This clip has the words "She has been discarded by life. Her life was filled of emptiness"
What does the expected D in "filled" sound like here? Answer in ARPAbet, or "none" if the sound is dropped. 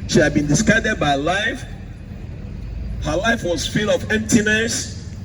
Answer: none